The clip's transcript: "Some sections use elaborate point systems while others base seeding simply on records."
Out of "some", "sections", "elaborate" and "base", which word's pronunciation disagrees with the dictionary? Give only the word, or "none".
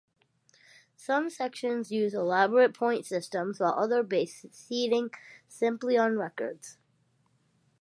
none